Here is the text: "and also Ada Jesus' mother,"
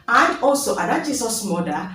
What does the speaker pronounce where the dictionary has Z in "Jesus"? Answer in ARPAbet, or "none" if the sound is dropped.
S